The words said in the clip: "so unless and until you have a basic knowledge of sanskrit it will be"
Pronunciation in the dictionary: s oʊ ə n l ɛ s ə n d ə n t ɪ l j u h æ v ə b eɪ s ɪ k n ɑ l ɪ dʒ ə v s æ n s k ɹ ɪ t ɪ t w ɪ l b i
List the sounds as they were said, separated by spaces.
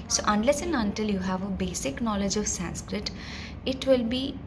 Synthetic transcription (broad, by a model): s oʊ ə n l ɛ s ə n ə n t ɪ l j u h æ v ə b eɪ s ɪ k n ɑ l ɪ dʒ ə v s æ n s k ɹ ɪ t ɪ t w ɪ l b i